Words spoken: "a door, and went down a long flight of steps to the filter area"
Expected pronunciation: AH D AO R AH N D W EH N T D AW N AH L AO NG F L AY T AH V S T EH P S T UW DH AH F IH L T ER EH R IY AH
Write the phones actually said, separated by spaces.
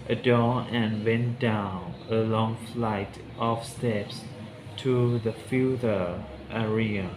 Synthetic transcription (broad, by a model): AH D AO R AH N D W EH N T D AW N AH L AO NG F L AY T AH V S T EH P S T UW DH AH F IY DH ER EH R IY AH